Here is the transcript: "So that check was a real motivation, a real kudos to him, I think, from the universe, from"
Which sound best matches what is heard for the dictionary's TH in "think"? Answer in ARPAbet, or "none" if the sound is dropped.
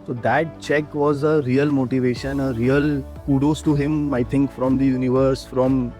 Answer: T